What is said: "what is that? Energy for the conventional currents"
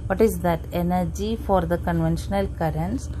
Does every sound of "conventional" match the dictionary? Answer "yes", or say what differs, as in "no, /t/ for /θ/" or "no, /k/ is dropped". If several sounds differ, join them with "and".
yes